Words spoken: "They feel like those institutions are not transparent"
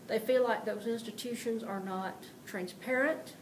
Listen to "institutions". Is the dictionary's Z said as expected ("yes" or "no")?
yes